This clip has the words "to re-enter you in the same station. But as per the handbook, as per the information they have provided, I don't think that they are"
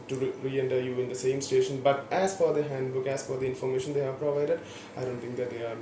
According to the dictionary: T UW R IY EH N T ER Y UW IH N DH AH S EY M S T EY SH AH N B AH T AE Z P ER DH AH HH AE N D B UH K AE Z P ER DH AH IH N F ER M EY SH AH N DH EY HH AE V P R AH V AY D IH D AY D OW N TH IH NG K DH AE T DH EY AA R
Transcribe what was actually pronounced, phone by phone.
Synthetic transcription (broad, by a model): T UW R IY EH N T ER Y UW IH N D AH S EY M S T EY SH AH N B AH T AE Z F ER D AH HH AE N D B UH K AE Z F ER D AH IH N F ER M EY SH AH N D EY HH AE V P R AH V AY D IH D AY D OW N T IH NG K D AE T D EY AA R